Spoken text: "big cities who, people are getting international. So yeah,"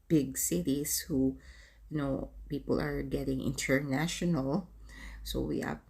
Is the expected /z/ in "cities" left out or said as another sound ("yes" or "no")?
yes